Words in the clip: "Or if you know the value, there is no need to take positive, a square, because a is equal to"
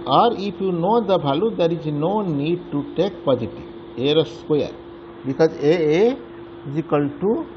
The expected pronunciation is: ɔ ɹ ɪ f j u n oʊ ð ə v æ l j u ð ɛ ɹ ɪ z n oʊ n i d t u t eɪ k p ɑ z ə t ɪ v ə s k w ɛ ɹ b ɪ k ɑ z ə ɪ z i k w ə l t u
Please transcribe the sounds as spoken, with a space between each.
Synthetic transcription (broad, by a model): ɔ ɹ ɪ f j u n oʊ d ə b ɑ l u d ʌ ɹ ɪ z n oʊ n i d t u t eɪ k p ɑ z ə t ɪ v ə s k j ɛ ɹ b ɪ k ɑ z ə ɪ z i k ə l t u